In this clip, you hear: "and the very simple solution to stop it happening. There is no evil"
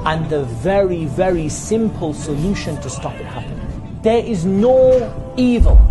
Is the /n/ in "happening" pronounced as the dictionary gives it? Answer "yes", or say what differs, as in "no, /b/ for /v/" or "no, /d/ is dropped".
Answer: no, /n/ is dropped